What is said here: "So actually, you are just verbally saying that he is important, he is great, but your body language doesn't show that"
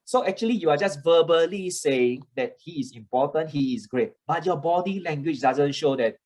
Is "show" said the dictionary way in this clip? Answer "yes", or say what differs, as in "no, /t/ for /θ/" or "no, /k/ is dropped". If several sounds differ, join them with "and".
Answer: yes